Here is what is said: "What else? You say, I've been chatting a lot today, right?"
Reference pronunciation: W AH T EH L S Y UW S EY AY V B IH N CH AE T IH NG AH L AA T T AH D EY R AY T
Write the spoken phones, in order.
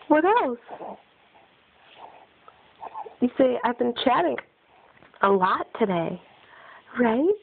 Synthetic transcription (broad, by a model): W AH T EH L S Y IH S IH AY V B IH N CH AE T IH NG AH L AA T T AH D EY R AY T